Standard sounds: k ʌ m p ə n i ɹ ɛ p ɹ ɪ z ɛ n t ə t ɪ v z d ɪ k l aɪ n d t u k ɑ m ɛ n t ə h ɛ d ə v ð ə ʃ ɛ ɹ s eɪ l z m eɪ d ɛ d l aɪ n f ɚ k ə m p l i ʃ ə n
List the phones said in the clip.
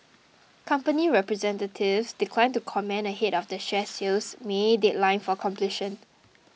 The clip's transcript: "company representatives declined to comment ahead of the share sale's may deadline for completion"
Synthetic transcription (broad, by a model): k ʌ m p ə n i ɹ ɛ p ɹ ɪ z ɛ n t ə t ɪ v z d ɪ k l aɪ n t u k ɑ m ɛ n ə h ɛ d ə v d ə ʃ ɛ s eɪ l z m eɪ d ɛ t l aɪ n f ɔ k ə m p l i ʃ ə n